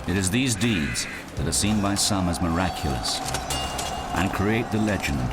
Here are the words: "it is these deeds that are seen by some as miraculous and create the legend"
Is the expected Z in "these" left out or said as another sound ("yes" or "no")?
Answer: no